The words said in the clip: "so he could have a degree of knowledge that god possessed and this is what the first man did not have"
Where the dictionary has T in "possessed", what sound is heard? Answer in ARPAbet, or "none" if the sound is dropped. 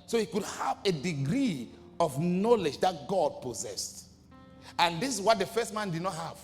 T